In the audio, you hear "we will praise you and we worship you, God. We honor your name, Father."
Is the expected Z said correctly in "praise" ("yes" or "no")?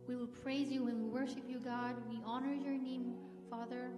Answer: yes